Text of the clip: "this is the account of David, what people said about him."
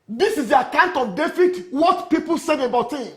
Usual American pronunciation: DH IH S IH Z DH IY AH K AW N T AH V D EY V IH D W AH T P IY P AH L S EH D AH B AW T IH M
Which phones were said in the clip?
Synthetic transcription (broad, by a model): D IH S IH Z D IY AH K AW N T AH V D EY F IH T W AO T P IY P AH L S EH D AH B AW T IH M